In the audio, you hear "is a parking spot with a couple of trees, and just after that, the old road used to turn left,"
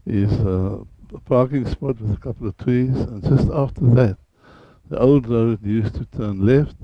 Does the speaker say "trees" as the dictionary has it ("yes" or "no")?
no